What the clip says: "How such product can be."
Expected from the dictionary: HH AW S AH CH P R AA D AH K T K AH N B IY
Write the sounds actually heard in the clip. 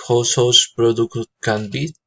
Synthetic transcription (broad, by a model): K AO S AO S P R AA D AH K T K AH N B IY